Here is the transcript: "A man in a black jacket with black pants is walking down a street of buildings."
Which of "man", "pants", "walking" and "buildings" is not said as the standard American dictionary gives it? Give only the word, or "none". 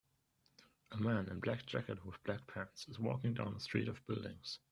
none